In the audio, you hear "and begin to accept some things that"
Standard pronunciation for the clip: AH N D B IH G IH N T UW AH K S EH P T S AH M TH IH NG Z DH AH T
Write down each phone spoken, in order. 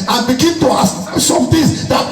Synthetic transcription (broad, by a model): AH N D B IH G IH N T UW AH S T S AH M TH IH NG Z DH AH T